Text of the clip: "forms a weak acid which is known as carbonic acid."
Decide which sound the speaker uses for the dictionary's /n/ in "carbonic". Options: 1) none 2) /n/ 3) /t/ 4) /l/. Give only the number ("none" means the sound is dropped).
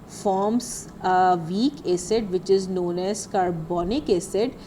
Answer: 2